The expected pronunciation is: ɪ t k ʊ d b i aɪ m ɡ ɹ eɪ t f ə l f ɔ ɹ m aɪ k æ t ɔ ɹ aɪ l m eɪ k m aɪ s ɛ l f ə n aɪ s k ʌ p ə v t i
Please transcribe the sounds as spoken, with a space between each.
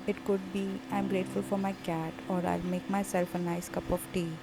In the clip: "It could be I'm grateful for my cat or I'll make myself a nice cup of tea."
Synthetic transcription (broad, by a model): ɪ t k ʊ d b i aɪ m ɡ ɹ eɪ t f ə l f ɔ ɹ m aɪ k æ t ɔ ɹ aɪ l m eɪ k m aɪ s ɛ l f ə n aɪ s k ʌ p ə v t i